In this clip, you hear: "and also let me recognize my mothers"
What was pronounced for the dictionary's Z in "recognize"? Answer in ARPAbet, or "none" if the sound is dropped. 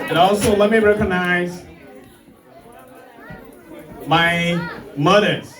Z